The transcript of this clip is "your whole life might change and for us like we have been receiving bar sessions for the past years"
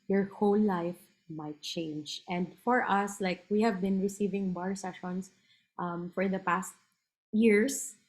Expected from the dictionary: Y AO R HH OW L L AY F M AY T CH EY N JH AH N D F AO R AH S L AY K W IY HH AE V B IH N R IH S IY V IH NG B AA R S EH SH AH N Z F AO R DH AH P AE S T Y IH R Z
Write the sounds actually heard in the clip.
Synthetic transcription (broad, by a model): Y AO R HH OW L L AY F M AY T CH EY N JH AH N D F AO R AH S L AY K W IY HH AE V B IH N R IH S IY V IH NG B AA R S EH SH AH N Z F AO R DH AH P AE S T Y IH R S